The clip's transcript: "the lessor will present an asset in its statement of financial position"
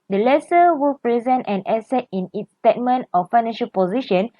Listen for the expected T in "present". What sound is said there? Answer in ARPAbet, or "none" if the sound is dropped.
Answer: T